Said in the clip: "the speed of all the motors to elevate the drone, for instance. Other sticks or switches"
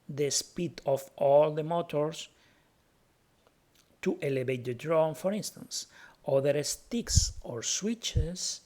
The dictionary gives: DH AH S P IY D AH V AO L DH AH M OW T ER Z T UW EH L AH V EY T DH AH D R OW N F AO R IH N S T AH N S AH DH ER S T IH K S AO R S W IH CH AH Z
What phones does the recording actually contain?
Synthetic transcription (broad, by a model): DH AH S P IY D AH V AO L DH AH M OW T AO S T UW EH L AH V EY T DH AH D R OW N F AO R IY N S T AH N S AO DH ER S T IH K S AO R S W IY CH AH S